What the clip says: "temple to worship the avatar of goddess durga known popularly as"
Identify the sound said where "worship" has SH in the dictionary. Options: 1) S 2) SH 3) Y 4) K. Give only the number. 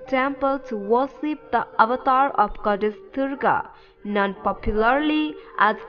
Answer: 1